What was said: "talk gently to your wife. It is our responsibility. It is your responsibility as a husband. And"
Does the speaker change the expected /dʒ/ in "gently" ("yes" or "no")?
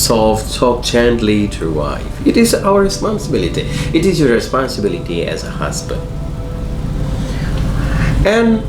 yes